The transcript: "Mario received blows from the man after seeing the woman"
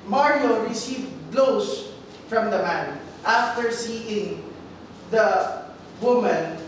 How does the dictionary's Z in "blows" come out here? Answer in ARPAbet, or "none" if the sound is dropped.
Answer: S